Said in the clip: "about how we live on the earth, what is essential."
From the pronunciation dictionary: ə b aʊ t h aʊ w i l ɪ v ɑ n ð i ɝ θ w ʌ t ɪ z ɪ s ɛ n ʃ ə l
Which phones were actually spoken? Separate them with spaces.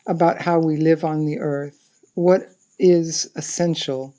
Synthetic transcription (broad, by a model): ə b aʊ t h aʊ w i l ɪ v n ð i ɝ θ w ʌ t ɪ z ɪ s ɛ n ʃ l